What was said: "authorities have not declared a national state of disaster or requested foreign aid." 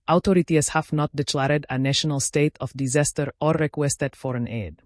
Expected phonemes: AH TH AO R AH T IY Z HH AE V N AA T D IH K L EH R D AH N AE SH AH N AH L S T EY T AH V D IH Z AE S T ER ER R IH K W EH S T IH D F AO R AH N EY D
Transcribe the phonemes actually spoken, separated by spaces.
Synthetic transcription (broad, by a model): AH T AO R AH T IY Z HH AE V N AA T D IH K L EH R D AH N AE SH AH N AH L S T EY T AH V D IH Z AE S T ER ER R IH K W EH S T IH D F AO R AH N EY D